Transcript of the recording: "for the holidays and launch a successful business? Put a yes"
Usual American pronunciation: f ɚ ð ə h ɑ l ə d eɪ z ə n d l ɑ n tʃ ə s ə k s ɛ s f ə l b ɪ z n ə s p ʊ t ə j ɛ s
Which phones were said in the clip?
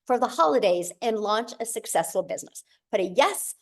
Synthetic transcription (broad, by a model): f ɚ ð ə h ɑ l ə d eɪ z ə n l ɑ n tʃ ə s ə k s ɛ s f l b ɪ z n ə s b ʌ t ə j ɛ s